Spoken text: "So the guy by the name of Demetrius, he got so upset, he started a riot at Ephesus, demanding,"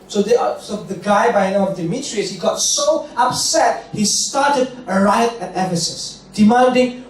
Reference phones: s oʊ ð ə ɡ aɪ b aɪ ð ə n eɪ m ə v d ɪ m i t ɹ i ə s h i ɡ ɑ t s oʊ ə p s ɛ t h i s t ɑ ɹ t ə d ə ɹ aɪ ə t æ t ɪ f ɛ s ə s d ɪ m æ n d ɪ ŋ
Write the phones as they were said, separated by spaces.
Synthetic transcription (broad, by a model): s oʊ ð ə ɡ aɪ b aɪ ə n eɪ ə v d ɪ m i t ɹ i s h i ɡ ɑ t s oʊ ə p s ɛ t h i s t ɑ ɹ t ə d ə ɹ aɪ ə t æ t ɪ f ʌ s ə s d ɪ m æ n d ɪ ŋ